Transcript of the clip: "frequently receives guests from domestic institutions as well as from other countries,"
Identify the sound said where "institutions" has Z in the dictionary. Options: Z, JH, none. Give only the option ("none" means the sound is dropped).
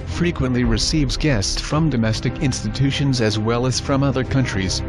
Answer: Z